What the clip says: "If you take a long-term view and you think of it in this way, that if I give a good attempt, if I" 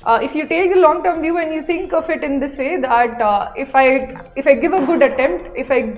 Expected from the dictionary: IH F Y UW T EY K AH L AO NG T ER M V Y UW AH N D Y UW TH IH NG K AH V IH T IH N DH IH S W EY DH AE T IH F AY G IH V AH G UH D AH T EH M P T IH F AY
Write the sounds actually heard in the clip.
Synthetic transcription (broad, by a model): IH F Y UW T EY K AH L AO NG T ER M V Y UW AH N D Y UW T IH NG K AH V IH T IH N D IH S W EY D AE T IH F AY G IH V AH G UH D AH T EH M P T IH F AY